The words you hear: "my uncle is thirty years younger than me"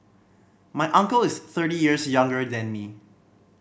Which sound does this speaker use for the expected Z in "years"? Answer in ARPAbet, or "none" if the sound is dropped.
S